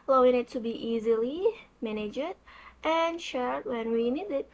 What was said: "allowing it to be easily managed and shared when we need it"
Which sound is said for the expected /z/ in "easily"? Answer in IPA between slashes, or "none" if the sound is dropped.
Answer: /z/